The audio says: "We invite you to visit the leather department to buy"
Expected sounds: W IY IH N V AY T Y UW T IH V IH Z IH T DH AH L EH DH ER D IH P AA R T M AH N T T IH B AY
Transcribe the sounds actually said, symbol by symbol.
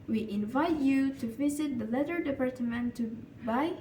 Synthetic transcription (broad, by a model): W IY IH N V AY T Y UW T IH V IH Z IH T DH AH L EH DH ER D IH P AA R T M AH N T T IH B AY